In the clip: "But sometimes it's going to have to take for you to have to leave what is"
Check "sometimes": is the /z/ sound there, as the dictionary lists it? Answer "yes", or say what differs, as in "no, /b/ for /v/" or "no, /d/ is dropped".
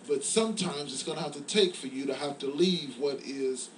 yes